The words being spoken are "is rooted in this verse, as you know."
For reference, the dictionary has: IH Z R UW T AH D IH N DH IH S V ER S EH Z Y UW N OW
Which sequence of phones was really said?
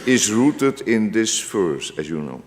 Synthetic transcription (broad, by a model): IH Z R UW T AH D IH N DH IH S F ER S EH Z Y UW N OW